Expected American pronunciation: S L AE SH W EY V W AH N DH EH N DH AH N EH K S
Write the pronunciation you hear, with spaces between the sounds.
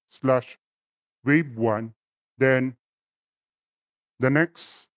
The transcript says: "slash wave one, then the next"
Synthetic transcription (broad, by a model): S L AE SH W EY B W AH N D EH N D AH N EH K S